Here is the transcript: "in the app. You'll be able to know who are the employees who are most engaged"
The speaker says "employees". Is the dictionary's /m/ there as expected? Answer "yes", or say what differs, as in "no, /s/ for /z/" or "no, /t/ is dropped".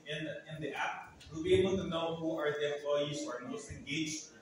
no, /m/ is dropped